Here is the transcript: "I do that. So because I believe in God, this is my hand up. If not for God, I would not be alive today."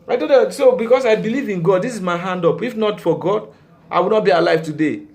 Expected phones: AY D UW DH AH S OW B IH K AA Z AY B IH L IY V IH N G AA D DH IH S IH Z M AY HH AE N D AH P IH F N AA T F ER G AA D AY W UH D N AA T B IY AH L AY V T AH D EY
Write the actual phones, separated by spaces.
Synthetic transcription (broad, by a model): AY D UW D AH S OW B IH K AA S AY B IH L IY V IH N G AA D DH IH S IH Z M AY HH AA N D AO P IH F N AA T F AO G AA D AY W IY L N AA T B IY AH L AY V T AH D EY